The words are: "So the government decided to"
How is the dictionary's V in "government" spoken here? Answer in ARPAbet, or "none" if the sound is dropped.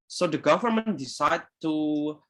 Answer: V